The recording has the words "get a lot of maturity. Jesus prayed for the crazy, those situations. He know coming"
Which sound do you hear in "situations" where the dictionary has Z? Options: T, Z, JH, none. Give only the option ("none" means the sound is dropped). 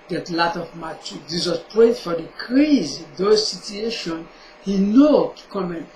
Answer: none